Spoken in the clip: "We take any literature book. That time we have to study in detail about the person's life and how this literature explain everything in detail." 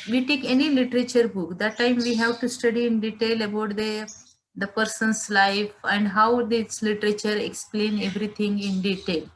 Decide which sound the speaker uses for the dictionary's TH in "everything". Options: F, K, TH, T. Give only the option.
T